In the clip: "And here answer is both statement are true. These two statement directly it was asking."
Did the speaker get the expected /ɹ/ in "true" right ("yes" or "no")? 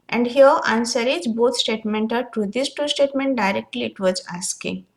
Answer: no